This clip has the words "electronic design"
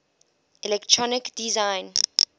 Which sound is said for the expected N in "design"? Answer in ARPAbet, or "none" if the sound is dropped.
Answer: N